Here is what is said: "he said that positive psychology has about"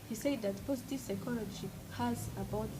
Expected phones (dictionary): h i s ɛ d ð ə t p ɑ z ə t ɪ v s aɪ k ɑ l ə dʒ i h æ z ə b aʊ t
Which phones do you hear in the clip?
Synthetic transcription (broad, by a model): h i s ɛ d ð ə t p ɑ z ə t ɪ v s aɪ k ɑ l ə ʃ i h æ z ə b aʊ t